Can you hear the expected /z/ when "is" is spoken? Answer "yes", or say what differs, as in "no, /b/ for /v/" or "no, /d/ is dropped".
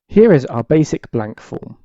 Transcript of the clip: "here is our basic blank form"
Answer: yes